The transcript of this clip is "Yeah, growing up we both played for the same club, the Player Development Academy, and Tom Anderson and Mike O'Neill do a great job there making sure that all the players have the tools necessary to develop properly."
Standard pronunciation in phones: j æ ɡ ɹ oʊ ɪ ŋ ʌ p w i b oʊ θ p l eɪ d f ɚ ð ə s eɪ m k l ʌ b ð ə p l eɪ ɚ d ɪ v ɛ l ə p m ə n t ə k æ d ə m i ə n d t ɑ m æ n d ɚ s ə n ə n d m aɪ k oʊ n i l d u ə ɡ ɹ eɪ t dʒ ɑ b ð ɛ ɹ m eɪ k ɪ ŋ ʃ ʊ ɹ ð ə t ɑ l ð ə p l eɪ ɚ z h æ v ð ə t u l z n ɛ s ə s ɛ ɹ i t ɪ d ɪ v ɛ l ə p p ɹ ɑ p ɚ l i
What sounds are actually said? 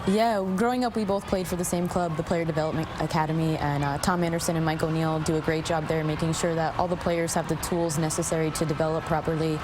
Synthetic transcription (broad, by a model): j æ ɡ ɹ oʊ ɪ ŋ ʌ p w i b oʊ θ p l eɪ d f ɚ ð ə s eɪ m k l ʌ b ð ə p l eɪ ɚ d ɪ v ɛ l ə p m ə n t ə k æ d ə m i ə n t ɑ m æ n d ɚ s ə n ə n m aɪ k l n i l d ə ɡ ɹ eɪ t dʒ ɑ b ð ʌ ɹ m eɪ k ɪ ŋ ʃ ʊ ɹ ð ə t ɑ l ð ə p l eɪ ɚ z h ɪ v ð ə t u l z n ɛ s ə s ɛ ɹ i t ɪ d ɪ v ɛ l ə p p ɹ ɑ p ɚ l i